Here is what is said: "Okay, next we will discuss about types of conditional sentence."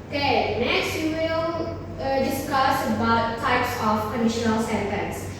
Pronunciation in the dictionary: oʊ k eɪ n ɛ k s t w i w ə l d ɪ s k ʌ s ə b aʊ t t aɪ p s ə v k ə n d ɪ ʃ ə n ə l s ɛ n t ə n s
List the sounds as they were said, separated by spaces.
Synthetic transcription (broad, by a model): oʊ k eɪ n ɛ k s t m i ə d ɪ s k ʌ s ə b aʊ t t aɪ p s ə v k ə n d ɪ ʃ ə n ə l s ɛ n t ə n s